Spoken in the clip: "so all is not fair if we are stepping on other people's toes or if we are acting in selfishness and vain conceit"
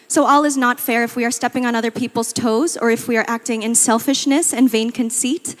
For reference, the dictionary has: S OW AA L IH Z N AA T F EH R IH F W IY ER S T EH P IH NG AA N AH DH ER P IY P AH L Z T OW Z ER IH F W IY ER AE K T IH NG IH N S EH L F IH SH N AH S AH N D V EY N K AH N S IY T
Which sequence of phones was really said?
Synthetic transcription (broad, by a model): S OW AA L IH Z N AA T F EH R IH F W IY ER S T EH P IH NG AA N AH DH ER P IY P L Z T OW Z ER IH F W IY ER AE K T IH NG IH N S EH L F IH SH N AH S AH N V EY N K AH N S IY T